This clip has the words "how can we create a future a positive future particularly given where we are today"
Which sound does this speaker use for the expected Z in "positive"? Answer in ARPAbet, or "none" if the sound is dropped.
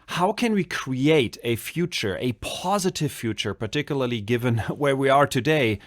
Z